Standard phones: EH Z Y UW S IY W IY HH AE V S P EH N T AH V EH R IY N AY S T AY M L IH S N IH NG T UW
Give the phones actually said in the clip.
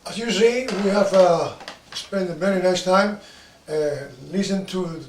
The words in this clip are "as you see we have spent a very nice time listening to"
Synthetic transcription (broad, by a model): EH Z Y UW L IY W IY HH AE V S P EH N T AH V EH R IY N AY S T AY M L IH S IH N T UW